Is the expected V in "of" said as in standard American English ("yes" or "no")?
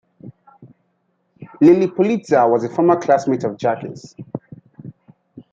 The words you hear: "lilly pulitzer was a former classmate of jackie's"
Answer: yes